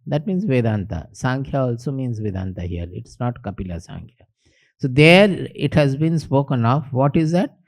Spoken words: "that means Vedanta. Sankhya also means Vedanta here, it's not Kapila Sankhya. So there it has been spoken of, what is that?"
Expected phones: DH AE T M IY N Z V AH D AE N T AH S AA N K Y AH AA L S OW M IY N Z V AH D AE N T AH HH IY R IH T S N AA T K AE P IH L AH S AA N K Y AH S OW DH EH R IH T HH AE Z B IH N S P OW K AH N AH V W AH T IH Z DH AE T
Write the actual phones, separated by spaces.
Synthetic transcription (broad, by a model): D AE T M IY N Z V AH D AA N T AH S AA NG K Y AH AA L S OW M IY N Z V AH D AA N T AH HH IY L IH T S N AA T K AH P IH L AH S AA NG K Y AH S OW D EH R IH T HH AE Z B IH N S P OW K AH N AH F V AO T IH Z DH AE T